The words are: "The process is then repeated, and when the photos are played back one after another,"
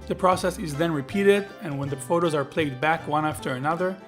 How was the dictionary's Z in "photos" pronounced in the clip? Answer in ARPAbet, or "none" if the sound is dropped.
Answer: Z